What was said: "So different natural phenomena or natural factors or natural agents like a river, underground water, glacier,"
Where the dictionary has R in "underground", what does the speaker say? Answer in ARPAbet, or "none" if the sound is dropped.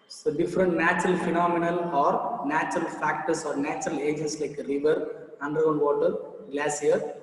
none